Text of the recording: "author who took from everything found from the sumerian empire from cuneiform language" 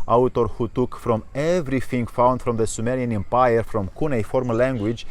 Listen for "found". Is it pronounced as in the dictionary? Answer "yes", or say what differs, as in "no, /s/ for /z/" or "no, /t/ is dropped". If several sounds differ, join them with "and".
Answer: yes